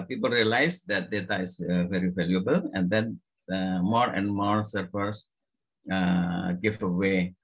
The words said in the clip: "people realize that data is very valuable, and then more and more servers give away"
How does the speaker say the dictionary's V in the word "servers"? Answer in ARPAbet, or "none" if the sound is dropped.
F